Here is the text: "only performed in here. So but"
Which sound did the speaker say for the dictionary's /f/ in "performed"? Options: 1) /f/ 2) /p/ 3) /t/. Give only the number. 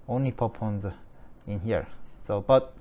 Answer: 2